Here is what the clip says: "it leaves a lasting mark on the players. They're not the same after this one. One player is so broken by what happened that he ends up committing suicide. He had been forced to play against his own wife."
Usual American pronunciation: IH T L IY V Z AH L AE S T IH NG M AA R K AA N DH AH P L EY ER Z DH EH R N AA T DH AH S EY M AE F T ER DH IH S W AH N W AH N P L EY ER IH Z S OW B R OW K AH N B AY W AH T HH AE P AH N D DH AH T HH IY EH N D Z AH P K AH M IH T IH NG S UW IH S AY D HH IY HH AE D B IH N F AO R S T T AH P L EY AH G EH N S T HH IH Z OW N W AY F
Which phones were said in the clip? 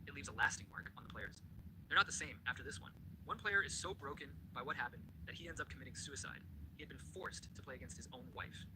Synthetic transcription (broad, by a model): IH T L IY V Z AH L AE S T IH NG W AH R K N DH AH P L EY ER Z DH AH R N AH T DH AH S EY M AE F T ER DH IH S W AH N W AH N P L EY ER IH Z S OW B R OW K AH N B AY W AH T HH AE P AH N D DH AH T HH IY EH N D Z AH P K AH M IH T IH NG S UW IH S AY D HH IY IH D B IH N F AO R S T T AH P L EY AH G EH N S T HH IH Z OW N W AY F